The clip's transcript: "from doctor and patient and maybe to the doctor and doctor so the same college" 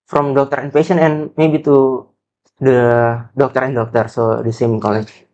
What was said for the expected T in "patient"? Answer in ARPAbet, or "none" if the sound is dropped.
none